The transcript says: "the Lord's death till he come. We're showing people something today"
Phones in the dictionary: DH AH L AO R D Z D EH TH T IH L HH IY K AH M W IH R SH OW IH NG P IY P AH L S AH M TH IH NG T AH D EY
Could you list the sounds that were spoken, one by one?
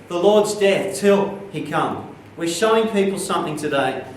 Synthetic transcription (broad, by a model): DH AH L AO R D Z D EH TH T IH L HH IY K AH M W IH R SH OW IH NG P IY P L S AH M TH IH NG T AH D EY